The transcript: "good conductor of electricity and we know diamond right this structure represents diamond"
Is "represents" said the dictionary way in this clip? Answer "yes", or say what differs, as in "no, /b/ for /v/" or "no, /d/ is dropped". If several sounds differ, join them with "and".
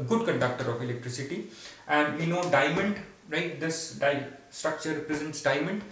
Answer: yes